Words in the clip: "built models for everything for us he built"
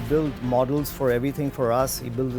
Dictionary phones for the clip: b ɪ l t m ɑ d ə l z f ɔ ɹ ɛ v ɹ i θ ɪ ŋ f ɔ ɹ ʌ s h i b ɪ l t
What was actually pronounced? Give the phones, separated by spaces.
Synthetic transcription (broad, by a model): b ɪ l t m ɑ d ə l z f ɔ ɹ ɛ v ɹ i t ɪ ŋ f ɔ ɹ ʌ s h i b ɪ l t